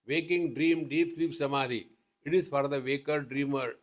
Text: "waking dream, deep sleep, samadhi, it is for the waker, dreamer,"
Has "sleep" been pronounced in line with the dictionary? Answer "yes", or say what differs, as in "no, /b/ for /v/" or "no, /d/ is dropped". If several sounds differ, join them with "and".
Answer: no, /l/ is dropped